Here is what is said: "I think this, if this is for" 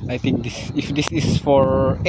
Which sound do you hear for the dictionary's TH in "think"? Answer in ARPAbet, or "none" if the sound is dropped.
T